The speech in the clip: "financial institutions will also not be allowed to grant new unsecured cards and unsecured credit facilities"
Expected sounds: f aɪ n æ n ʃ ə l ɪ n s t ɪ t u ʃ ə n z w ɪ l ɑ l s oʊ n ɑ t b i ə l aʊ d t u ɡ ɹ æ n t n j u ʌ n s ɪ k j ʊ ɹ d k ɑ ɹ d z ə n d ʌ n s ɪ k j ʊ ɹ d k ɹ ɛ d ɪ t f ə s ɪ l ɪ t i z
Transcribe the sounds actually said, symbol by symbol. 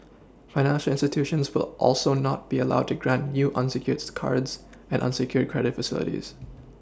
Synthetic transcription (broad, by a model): f aɪ n æ n ʃ ə l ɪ n s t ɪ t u ʃ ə n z w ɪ l ɑ l s oʊ n ɑ t b i ə l aʊ d t u ɡ ɹ æ n t n j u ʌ n s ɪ k j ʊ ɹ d k ɑ ɹ d z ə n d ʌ n s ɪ k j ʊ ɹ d k ɹ ɛ d ɪ t f ə s ɪ l ɪ t i z